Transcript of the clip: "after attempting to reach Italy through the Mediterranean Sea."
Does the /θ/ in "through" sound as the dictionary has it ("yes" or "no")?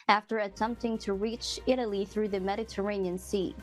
yes